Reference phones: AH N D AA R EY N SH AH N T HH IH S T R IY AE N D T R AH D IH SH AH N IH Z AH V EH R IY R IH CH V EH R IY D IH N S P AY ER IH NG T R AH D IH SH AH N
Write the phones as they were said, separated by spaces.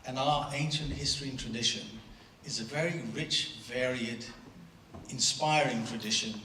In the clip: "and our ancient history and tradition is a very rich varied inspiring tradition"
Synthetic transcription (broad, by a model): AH N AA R EY N SH AH N T HH IH S T R IY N T R AH D IH SH AH N IH Z AH V EH R IY R IH CH V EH R IY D IH N S P AY ER IH NG T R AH D IH SH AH N